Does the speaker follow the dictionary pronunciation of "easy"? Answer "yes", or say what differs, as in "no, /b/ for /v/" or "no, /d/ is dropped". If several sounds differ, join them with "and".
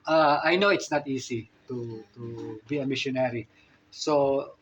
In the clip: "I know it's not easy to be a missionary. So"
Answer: no, /s/ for /z/